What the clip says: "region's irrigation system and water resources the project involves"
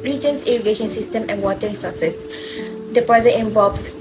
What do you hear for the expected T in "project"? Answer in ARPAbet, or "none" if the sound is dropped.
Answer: none